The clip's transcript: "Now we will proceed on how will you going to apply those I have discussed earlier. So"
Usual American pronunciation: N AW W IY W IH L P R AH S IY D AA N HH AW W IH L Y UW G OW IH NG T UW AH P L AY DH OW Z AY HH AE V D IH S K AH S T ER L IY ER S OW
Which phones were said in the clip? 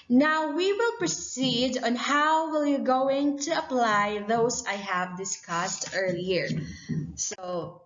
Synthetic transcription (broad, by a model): N AW W IY W IH L P R AH S IY D AA N HH AW W IH L Y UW G OW IH NG T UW AH P L AY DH OW S AY HH AE V D IH S K AH S T ER L IY ER S OW